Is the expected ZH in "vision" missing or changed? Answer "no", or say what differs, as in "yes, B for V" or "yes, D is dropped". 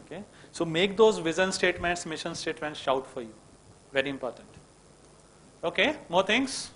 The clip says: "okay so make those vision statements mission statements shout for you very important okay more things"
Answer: yes, Z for ZH